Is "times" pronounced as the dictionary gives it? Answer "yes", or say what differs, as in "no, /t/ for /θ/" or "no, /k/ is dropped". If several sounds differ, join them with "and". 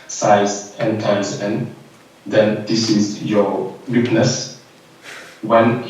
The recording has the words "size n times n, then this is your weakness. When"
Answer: no, /m/ is dropped